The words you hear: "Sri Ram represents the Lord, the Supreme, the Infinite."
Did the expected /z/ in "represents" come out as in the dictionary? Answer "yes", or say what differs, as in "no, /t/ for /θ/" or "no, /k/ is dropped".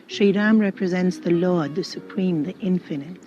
yes